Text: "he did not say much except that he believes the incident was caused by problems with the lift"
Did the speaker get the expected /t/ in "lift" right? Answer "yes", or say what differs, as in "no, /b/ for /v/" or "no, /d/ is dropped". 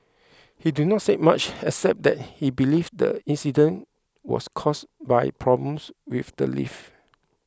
no, /t/ is dropped